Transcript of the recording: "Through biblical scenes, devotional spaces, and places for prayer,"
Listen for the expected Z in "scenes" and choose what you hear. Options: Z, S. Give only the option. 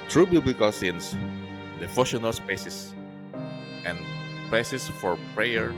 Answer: S